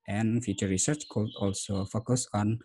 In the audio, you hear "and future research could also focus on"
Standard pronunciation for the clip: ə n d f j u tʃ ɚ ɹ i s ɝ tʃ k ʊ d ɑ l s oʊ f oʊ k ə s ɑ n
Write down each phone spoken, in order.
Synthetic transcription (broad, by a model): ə n f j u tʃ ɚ ɹ i s ɝ tʃ k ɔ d ɑ l s oʊ f oʊ k ə s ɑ n